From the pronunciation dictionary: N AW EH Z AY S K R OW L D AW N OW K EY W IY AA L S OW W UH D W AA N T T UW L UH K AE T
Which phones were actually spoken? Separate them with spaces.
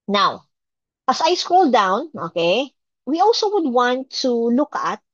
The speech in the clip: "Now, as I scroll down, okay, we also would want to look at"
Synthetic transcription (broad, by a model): N AW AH S AY S K R OW L D AW N OW K EY W IY AA L S OW W UH D W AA N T T UW L UH K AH T